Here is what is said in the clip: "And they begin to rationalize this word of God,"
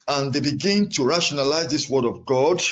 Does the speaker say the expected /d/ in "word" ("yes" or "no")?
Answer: yes